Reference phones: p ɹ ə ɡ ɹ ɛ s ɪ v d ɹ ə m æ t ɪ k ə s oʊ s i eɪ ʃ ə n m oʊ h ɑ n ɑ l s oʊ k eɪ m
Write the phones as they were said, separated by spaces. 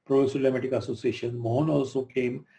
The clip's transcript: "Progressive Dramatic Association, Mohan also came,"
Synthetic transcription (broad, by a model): p ɹ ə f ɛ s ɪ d l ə m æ t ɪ k ə s oʊ s i eɪ ʃ ə n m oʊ h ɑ n ɑ l s oʊ k eɪ m